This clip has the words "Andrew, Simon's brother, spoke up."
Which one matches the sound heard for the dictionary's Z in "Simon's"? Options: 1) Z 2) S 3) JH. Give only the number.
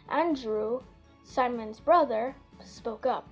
1